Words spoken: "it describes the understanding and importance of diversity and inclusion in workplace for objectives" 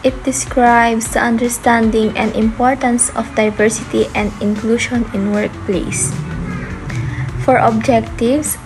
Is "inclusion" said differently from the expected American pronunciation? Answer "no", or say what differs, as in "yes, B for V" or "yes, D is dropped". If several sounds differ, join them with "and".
yes, SH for ZH